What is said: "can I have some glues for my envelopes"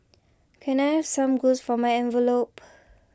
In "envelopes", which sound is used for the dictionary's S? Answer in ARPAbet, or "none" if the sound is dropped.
none